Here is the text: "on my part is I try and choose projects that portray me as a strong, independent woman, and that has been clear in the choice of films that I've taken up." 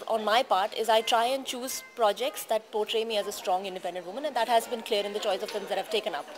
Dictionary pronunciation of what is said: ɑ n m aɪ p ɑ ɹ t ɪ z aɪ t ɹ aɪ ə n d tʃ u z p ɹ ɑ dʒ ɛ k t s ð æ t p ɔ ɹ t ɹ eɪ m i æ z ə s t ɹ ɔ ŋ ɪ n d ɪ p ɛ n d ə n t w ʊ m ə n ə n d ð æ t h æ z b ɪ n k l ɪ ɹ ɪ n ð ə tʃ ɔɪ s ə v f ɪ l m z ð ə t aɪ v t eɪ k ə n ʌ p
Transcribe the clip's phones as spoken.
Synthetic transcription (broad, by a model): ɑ n m aɪ p ɑ ɹ t ɪ z aɪ t ɹ aɪ ə n d tʃ u z p ɹ ɑ dʒ ɛ k t s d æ t p ɔ ɹ t ɹ eɪ m i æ z ə s t ɹ ɔ ŋ ɪ n d ɪ p ɛ n d ə n t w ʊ m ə n ə n d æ t h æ z b ɪ n k l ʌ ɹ ɪ n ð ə tʃ ɔɪ s ə v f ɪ m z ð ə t aɪ v t eɪ k ə n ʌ p